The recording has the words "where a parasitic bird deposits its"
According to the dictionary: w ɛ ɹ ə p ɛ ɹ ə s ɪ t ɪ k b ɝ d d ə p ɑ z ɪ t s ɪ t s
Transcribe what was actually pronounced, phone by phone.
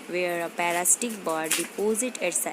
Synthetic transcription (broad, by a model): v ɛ ɹ ə p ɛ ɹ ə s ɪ t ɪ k b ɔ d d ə p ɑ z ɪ t ɪ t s